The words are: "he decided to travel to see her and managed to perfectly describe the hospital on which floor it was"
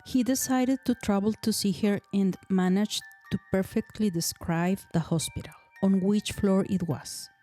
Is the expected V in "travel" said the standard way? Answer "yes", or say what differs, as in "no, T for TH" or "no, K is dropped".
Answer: no, B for V